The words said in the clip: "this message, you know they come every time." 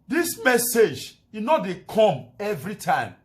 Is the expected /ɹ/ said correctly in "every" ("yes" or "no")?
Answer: yes